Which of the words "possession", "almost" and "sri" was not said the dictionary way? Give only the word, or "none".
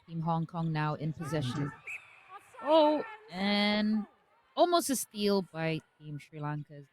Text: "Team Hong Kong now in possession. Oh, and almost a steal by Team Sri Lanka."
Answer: none